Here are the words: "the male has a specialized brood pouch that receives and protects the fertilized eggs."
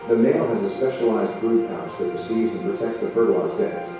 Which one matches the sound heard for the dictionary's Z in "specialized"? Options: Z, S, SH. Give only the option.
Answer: Z